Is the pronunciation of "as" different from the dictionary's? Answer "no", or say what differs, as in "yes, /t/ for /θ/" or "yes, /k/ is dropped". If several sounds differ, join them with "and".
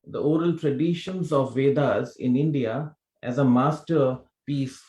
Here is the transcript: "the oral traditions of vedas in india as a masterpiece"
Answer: no